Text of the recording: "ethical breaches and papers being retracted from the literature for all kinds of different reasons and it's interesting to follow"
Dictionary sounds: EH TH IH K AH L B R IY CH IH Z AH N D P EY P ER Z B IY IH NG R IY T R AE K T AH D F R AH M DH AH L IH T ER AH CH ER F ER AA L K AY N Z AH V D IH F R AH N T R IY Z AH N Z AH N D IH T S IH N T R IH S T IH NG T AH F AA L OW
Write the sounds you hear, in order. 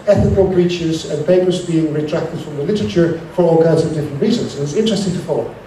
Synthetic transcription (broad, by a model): EH TH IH K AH L B R IY CH IH Z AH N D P EY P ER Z B IY IH NG R IY T R AE K T AH D F R AH M DH AH L IH T ER AH CH ER F ER AA L K AY N Z AH V D IH F R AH N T R IY Z AH N Z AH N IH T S IH N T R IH S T IH NG T AH F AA L OW